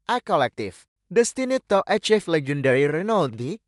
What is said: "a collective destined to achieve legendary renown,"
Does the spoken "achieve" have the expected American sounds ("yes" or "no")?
no